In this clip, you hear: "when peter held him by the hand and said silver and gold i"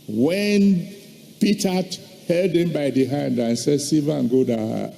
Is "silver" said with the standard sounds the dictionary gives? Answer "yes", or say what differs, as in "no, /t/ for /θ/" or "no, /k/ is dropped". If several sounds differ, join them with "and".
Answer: no, /l/ is dropped